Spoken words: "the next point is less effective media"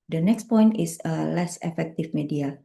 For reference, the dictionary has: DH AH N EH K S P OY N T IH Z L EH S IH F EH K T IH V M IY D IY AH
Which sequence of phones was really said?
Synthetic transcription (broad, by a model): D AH N EH K S P OY N T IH S L EH S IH F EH K T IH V M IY D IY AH